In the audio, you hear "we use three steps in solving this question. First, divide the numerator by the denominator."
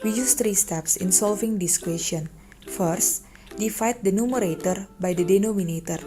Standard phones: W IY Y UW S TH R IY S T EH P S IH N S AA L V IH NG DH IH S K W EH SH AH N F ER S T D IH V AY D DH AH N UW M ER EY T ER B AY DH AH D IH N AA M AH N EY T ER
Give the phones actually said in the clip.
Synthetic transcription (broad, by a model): W IY Y UW S T R IY S T EH P S IH N S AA L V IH NG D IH S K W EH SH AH N F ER S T D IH F AY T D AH N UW M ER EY T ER B AY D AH D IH N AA M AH N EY T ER